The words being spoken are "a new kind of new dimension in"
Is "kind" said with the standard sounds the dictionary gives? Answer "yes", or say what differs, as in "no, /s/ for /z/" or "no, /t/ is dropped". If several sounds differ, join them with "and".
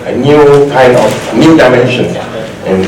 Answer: no, /d/ is dropped